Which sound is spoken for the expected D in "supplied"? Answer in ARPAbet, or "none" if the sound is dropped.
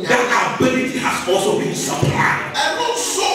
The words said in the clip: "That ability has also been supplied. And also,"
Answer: none